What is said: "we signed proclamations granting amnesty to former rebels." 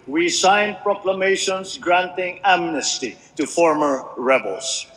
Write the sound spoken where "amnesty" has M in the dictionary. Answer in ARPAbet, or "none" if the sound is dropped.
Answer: M